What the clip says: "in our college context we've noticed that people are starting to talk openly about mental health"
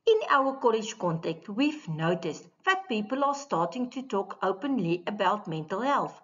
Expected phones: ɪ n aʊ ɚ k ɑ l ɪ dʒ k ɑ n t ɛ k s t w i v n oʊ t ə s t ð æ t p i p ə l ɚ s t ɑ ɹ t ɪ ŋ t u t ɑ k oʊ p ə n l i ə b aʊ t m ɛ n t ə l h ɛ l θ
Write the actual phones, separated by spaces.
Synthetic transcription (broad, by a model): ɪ n aʊ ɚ k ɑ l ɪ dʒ k ɑ n t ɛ k t w i v n oʊ t ə s t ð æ t p i p ə l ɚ s t ɑ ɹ t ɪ ŋ t u t ɑ k oʊ p ə n l i ə b aʊ t m ɛ n t ə l h ɛ l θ